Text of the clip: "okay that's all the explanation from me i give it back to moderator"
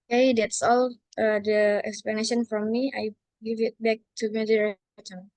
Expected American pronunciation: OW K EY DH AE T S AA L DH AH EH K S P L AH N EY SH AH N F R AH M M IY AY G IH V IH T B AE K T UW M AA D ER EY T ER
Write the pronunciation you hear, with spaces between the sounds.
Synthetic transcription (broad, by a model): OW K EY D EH T S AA L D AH EH K S P L AH N EY SH AH N F R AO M M IY AY G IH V IH T B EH K T UW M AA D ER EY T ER